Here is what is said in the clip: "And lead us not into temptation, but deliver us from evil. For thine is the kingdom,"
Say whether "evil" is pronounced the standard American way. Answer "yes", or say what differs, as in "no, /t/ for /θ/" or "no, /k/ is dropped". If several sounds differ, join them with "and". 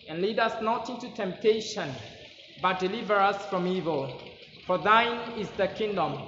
yes